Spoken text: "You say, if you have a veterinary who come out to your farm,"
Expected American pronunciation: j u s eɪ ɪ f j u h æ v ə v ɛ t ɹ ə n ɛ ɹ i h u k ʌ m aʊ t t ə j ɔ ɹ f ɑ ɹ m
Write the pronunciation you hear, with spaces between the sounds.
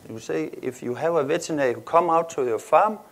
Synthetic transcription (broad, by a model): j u s eɪ ɪ f j u h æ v ə v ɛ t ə n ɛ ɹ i h u k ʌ m aʊ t s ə j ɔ f ɑ m